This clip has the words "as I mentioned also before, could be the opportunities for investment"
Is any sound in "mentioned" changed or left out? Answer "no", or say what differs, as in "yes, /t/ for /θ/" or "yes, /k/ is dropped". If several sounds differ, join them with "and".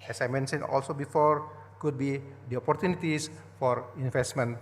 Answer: yes, /d/ is dropped